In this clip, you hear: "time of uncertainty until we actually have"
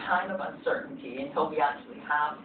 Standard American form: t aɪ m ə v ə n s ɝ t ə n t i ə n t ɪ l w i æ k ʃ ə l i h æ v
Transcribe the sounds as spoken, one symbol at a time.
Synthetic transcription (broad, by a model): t aɪ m ə v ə n s ɝ t n t i ə n t ɪ l w i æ k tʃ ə l i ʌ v